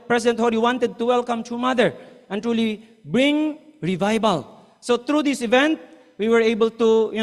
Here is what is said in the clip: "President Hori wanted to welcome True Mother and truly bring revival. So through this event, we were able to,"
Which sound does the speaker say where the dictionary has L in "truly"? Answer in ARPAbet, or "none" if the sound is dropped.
L